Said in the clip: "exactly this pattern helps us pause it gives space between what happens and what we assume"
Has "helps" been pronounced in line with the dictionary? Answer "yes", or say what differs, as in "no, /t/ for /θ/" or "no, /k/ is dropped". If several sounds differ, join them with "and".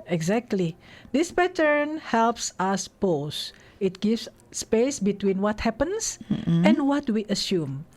yes